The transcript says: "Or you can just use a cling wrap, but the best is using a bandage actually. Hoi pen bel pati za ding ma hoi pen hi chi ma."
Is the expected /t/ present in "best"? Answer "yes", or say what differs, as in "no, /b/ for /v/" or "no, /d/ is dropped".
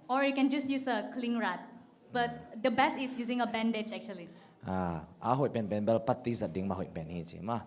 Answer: yes